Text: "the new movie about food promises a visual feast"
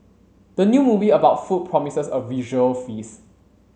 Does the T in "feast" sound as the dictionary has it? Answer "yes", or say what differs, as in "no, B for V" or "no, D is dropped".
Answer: no, T is dropped